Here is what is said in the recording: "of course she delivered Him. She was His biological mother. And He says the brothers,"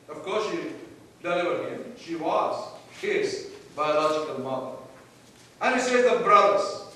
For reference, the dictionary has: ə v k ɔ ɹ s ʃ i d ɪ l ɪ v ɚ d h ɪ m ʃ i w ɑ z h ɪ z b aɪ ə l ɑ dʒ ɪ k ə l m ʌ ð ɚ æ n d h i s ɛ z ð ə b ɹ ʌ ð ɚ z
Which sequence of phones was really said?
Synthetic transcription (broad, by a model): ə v k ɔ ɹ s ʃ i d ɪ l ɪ ɚ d h ɪ m ʃ i w ɑ z h ɪ z b aɪ ə l ɑ dʒ ɪ k ə l m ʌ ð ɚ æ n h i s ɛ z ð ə b ɹ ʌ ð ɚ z